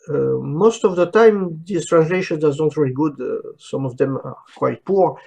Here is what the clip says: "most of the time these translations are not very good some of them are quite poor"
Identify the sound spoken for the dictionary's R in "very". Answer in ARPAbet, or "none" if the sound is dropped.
L